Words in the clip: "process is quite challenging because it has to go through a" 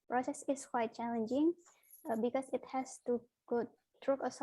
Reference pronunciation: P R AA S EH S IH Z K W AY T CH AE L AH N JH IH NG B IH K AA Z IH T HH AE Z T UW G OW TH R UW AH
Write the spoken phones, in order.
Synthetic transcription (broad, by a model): P R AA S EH S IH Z K W AY T CH AE L AH N JH IH NG B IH K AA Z IH T HH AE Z T UW G OW T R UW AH